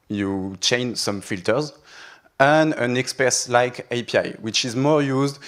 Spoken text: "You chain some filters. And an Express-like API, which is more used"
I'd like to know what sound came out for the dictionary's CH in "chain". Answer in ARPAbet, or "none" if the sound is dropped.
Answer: CH